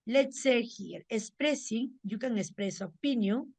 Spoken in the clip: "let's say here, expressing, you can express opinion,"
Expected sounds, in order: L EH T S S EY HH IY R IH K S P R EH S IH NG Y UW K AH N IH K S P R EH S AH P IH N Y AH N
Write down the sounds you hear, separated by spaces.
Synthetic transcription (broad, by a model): L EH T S S EY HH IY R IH S P R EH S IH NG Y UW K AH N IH S P R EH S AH P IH N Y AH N